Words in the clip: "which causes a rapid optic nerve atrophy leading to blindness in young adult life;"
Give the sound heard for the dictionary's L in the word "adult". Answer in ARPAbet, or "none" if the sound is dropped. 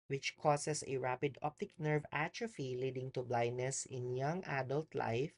L